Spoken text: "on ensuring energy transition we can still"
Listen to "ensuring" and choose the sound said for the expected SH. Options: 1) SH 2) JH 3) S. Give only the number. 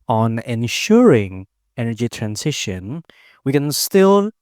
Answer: 1